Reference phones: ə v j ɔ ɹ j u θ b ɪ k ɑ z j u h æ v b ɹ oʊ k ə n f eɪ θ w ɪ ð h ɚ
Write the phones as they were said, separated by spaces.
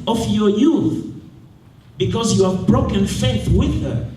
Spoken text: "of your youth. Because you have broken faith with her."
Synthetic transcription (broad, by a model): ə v j ɔ ɹ j u θ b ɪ k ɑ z j u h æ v b ɹ oʊ k ə n f eɪ θ w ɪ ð h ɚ